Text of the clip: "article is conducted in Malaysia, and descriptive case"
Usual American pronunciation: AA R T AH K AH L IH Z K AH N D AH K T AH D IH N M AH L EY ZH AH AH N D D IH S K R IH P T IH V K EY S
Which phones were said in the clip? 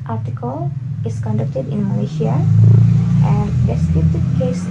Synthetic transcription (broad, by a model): AA R T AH K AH L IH S K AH N D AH K T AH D IH N M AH L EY S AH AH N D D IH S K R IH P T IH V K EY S